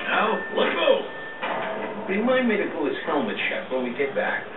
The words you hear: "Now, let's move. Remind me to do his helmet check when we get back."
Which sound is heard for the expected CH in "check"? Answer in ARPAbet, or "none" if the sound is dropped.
SH